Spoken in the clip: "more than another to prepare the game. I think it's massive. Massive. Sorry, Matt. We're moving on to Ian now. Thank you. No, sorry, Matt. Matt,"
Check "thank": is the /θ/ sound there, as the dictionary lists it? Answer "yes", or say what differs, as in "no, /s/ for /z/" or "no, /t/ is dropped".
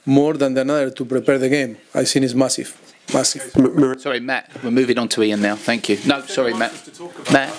yes